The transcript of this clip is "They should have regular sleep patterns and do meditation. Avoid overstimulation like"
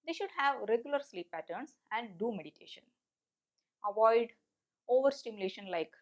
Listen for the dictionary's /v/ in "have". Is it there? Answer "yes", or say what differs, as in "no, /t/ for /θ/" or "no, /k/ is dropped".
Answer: yes